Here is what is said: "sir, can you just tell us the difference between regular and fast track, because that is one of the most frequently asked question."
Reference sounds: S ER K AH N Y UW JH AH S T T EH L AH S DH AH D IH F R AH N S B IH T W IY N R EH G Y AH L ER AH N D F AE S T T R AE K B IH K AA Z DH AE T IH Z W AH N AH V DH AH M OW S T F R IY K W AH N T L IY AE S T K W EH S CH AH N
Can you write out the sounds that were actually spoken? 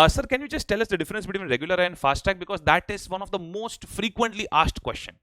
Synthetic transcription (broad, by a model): S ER K AH N Y UW JH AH S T T EH L AH S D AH D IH F R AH N S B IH T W IY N R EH G Y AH L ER AH N D F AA S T T AE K B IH K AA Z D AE T IH Z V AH N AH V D AH M OW S T F R IY K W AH N T L IY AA S T K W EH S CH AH N